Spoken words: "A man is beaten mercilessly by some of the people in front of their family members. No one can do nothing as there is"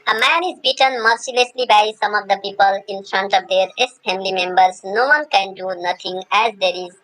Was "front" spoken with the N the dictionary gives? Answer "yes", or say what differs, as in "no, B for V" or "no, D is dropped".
yes